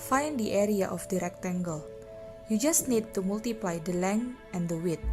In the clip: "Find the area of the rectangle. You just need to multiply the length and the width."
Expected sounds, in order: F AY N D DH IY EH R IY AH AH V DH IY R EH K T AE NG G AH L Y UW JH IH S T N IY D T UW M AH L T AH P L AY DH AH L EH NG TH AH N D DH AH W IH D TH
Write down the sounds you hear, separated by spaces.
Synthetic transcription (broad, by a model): F AY N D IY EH R IY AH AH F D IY R EH K T AE NG G AH L Y UW JH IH S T N IY D T UW M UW L T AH P L AY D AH L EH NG AH N D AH W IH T